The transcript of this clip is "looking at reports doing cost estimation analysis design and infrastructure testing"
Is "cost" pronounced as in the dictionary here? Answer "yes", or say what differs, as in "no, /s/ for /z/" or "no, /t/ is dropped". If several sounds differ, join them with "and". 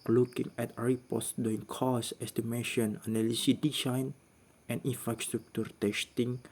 no, /t/ is dropped